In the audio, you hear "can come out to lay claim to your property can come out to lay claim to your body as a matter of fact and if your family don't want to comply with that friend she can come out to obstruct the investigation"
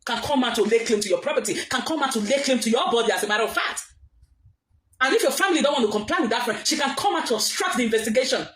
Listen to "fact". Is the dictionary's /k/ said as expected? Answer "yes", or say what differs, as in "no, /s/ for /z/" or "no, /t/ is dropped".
no, /k/ is dropped